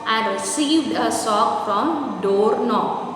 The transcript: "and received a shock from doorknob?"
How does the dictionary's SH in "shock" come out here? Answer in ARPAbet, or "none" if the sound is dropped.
S